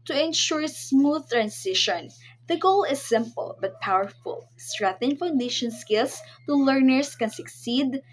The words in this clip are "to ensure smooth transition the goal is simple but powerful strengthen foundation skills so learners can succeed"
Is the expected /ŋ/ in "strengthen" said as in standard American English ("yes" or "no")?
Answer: no